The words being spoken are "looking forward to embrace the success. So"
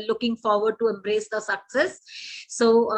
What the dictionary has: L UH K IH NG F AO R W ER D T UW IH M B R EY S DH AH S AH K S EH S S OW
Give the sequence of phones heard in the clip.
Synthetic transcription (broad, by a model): L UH K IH NG F AO R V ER D T UW IH M B R EY S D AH S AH K S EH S S OW